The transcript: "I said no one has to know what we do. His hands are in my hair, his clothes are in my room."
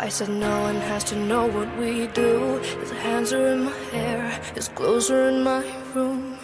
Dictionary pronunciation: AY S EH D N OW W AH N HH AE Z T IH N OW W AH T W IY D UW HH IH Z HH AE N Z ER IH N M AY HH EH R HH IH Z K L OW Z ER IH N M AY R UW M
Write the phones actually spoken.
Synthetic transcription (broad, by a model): AY S EH D N OW W AH N HH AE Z T IH N OW W AH T W IY D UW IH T HH AE N Z ER IH N M AY HH EH R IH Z K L OW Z ER IH N M AY R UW M